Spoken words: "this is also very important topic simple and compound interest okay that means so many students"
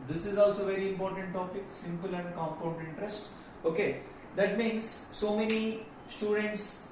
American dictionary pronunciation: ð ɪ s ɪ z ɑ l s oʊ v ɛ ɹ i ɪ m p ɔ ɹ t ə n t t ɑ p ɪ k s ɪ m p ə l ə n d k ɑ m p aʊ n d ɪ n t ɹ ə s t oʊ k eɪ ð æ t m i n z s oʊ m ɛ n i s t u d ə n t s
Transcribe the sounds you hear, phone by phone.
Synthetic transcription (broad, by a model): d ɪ s ɪ z ɑ l s oʊ v ɛ ɹ i ɪ m p ɔ ɹ t ə n t t ɑ p ɪ k s ɪ m p ə l ə n d k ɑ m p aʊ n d ɪ n t ɹ ə s t oʊ k eɪ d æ t m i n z s oʊ m ɛ n i s t u d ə n t s